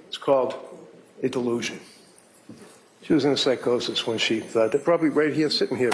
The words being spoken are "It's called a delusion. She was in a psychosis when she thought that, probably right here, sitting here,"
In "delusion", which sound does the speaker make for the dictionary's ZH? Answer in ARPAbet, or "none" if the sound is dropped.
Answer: ZH